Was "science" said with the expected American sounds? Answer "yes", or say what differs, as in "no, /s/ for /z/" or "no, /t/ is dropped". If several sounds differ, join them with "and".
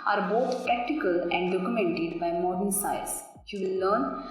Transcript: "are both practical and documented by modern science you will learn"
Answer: no, /n/ is dropped